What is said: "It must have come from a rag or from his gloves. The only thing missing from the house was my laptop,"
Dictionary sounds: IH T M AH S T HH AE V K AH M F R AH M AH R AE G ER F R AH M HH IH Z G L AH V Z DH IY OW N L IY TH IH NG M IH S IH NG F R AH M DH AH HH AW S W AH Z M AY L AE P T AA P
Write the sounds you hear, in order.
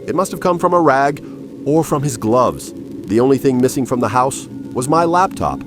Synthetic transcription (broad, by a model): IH T M AH S T HH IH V K AH M F R AH M AH R AE G ER F R AH M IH Z G L AH V Z DH IY OW N L IY TH IH NG M IH S IH NG F R AH M DH AH HH AW S W AH Z M AY L AE P T AA P